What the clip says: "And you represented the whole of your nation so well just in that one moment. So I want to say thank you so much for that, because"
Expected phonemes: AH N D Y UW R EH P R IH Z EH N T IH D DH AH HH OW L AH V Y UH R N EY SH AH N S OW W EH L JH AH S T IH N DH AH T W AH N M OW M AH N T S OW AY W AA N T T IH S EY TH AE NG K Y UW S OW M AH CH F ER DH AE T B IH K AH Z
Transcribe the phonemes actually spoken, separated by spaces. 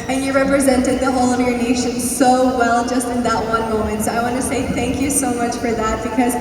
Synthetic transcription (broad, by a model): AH N Y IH R EH P R IH Z EH N T IH D DH AH HH OW L AH V Y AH R N EY SH AH N S OW W EH L JH AH S T IH N DH AH T W AH N M OW M AH N T S OW AY W AA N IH S EY TH AE NG K Y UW S OW M AH CH F ER DH AE T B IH K AH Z